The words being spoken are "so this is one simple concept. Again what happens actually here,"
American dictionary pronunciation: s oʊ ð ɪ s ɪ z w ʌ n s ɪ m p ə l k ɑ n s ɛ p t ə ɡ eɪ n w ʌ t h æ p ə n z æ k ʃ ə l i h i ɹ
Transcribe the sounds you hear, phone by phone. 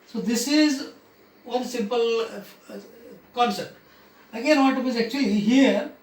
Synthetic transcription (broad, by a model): s oʊ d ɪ s ɪ z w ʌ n s ɪ m p ə l k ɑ n s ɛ p t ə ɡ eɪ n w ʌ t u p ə z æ k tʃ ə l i h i ɹ